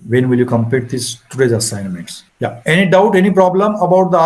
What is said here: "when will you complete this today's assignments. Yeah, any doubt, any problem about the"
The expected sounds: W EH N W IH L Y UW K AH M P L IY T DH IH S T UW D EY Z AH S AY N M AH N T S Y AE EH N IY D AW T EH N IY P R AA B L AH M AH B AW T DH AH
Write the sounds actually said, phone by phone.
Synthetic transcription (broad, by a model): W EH N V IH L Y UW K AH M P IY T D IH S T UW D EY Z AH S AY N M AH N T S Y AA EH N IY D AW T EH N IY P R AA B L AH M AH B AW T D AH